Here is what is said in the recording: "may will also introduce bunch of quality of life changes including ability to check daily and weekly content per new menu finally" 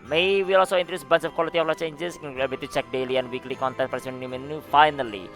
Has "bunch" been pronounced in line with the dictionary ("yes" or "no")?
no